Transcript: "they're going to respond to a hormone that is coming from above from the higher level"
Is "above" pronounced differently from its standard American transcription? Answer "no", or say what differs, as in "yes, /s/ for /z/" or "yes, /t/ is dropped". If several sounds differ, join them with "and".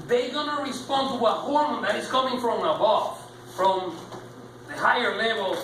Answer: yes, /f/ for /v/